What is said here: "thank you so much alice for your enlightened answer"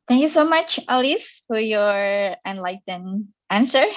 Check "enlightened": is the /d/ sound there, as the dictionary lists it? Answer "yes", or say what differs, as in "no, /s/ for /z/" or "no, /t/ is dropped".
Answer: no, /d/ is dropped